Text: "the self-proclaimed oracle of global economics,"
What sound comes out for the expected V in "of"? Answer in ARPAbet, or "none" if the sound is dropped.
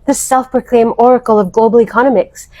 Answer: V